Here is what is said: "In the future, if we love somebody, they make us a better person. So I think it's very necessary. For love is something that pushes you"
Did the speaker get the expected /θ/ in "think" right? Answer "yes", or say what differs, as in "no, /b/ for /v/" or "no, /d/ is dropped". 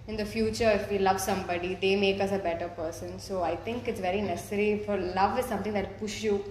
no, /t/ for /θ/